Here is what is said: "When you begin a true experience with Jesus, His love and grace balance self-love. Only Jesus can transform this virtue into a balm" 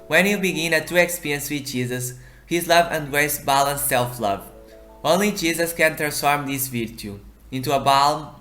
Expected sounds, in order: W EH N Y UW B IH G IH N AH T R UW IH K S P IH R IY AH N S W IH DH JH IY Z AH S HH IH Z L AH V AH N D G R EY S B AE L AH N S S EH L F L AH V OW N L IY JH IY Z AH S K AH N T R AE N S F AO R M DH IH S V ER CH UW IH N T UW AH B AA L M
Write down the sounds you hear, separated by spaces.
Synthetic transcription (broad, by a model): W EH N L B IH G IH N AH T UW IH K S P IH R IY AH N S W IH DH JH IY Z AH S HH IH Z L AH V AH N D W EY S B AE L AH N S S EH L F L AH V OW N L IY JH IY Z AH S K AH N T R AE N S F AO R M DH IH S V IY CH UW IH N T UW AH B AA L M